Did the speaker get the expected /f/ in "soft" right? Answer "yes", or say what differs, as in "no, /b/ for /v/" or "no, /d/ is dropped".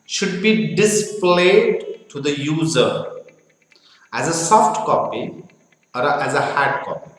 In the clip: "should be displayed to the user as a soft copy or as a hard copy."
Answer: yes